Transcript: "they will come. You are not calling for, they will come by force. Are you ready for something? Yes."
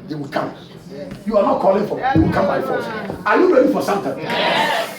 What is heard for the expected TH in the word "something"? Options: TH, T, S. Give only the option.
T